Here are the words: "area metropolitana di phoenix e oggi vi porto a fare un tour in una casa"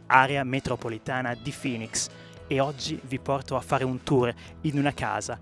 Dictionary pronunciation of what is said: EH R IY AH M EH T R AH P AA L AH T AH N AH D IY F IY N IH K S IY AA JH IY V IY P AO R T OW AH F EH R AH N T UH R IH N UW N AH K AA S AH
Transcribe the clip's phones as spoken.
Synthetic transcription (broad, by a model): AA R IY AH M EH T R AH P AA L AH T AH N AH D IY F IY N IH K S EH AA JH IY V IY P AO R T OW AH F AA R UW N T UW R IH N UW N AH K AA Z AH